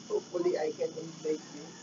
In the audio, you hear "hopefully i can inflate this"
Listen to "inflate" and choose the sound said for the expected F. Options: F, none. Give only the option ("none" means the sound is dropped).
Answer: none